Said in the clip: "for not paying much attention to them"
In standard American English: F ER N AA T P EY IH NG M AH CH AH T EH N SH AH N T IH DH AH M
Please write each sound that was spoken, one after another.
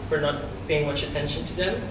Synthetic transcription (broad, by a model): F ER N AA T B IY IH NG M AH CH AH T EH N SH AH N T IH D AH